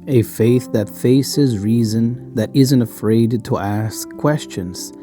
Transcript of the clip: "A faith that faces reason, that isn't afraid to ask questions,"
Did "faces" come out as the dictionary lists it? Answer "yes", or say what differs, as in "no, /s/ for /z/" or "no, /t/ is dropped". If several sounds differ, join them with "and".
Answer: yes